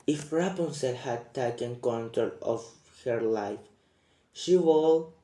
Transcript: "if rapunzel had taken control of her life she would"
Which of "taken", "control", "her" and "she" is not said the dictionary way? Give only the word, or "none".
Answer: control